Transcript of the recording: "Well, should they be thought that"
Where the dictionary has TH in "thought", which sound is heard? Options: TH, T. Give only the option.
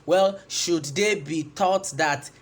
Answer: T